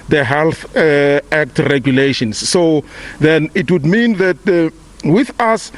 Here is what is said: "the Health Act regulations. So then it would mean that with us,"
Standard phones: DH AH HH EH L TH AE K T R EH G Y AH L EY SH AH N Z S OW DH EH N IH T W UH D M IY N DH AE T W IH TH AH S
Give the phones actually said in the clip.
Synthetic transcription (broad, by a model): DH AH HH EH L TH AE K T R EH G Y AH L EY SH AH N S OW DH EH N IH T W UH D M IY N DH AE T W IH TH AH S